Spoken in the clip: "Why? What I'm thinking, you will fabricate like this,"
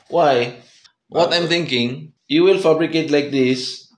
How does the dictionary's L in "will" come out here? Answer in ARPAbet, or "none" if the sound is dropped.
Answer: L